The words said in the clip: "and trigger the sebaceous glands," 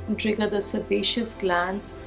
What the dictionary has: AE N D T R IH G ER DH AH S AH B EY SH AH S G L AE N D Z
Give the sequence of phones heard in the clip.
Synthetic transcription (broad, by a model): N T R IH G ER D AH S AH B EY SH AH S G L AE N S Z